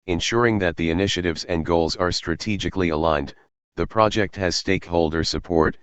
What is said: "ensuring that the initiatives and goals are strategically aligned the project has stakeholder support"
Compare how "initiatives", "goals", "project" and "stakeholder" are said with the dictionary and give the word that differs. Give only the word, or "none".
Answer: none